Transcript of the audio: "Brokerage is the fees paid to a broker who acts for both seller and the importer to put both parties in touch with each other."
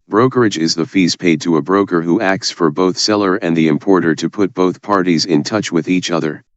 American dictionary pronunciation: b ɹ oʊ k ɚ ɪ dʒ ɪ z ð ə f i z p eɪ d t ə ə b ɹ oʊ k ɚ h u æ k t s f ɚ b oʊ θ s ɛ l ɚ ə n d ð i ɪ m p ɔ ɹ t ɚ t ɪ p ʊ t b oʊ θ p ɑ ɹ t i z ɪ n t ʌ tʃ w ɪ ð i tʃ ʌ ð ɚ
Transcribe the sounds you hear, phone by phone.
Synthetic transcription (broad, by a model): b ɹ oʊ k ɚ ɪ dʒ ɪ z ð ə f i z p eɪ d t ə ə b ɹ oʊ k ɚ h u æ k t s f ɚ b oʊ θ s ɛ l ɚ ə n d ð i ɪ m p ɔ ɹ t ɚ t ɪ p ʊ t b oʊ θ p ɑ ɹ t i z ɪ n t ʌ tʃ w ɪ ð i tʃ ʌ ð ɚ